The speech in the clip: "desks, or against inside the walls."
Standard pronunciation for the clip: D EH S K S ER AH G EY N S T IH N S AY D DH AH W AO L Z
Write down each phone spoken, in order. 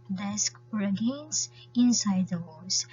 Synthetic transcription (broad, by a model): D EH S K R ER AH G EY N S IH N S AY D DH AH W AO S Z